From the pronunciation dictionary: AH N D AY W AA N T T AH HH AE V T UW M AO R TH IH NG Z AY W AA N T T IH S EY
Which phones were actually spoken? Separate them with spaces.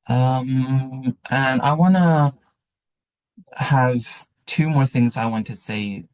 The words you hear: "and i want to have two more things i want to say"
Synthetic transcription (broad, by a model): AH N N AY W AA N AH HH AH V T UW M AO R TH IH NG Z AY W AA N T T IH S EY